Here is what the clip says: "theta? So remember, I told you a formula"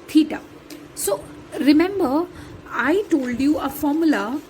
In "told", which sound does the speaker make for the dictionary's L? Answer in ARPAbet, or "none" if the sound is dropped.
L